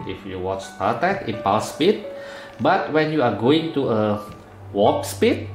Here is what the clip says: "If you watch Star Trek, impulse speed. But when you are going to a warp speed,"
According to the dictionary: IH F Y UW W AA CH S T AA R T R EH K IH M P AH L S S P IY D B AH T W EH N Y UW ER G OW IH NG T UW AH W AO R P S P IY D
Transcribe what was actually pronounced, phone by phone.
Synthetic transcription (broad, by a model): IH F Y UW W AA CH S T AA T EH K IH P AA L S S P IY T B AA T W EH N Y UW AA G OW IH NG T UW AH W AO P S P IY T